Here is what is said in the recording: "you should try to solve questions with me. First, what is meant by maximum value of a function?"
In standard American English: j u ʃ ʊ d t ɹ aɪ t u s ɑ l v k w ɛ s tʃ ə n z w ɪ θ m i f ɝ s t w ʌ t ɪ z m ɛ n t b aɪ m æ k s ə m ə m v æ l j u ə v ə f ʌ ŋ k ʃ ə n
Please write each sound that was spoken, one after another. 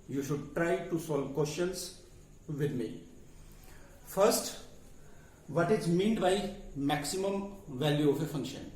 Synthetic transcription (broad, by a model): j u ʃ ʊ d t ɹ aɪ t u s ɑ l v k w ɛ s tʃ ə n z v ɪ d m i f ɝ s t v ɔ t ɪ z m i n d b aɪ m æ k s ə m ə m v æ l j u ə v ə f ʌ ŋ k ʃ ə n